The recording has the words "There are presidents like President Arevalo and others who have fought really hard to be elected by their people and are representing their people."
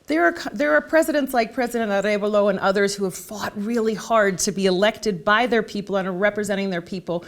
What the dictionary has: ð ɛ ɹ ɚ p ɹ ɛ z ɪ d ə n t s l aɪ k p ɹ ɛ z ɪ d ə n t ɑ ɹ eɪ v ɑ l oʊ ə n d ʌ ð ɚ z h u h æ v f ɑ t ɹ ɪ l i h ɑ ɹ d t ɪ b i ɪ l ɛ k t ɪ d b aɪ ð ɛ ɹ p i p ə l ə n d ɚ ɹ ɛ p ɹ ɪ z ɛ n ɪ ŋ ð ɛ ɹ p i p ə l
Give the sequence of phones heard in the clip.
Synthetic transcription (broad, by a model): ð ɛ ɹ ɚ p ɹ ɛ z ɪ d ə n t s l aɪ k p ɹ ɛ z ɪ d ə n t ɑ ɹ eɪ b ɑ l oʊ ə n ʌ ð ɚ z h u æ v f ɑ t ɹ ɪ l i h ɑ ɹ d t ɪ b i ɪ l ɛ k t ɪ d b aɪ ð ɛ ɹ p i p l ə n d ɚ ɹ ɛ p ɹ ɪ z ɛ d ɪ ŋ ð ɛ ɹ p i p l